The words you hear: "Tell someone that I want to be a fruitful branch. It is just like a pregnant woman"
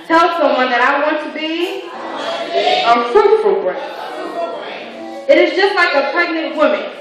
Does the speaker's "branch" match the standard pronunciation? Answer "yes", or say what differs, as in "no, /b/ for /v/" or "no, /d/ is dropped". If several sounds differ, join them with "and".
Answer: no, /ɹ/ is dropped